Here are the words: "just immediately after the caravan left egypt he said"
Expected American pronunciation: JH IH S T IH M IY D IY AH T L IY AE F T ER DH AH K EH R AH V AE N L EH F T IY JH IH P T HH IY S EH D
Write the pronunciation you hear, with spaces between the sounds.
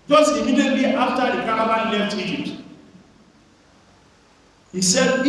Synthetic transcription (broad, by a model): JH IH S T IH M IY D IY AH T IY F T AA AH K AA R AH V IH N L EH F T IY JH IH P T HH IY S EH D